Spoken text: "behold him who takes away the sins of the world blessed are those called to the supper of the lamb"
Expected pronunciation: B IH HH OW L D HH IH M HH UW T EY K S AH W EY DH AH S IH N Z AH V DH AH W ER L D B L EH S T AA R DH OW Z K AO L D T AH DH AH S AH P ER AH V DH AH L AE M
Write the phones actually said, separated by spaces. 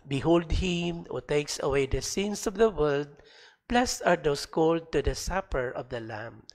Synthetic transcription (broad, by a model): B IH HH OW L D HH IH M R T EY K S AH W EY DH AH S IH N S AH V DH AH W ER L D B L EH S AA R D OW S K AO L D T AH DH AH S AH P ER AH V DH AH L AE M